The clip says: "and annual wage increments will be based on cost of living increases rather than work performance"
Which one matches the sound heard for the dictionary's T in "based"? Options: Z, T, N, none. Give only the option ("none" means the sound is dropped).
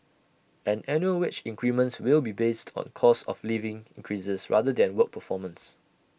T